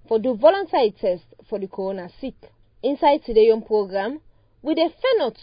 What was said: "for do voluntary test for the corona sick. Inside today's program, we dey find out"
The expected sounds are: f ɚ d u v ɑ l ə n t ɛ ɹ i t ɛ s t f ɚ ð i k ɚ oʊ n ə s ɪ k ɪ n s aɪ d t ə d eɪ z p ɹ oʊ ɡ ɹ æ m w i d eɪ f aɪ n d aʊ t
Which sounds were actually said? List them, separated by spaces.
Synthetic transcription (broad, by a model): f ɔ d u v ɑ l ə n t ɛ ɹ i t ɛ s t f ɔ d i k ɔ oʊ n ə s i k ɪ n s aɪ d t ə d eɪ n p ɹ oʊ ɡ ɹ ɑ m w i d eɪ f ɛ n ɔ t